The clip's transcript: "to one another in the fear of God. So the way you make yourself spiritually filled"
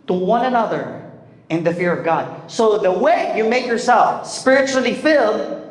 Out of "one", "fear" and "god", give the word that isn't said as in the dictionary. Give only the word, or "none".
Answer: none